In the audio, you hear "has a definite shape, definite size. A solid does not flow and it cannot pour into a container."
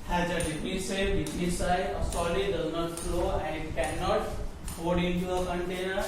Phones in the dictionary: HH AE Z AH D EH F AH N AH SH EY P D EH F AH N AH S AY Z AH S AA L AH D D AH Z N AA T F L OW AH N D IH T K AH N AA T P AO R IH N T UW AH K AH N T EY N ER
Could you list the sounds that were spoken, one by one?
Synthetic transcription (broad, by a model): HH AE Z AH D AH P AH S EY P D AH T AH S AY AH S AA L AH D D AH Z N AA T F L OW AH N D IH T K AH N AA T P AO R IH N T UW AH K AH N T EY N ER